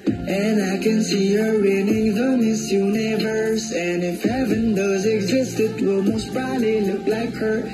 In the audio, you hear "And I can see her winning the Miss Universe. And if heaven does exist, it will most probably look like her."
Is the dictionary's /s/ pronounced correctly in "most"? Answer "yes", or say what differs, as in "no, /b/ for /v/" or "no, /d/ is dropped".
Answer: yes